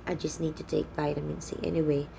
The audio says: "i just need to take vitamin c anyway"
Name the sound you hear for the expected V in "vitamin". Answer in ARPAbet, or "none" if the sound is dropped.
B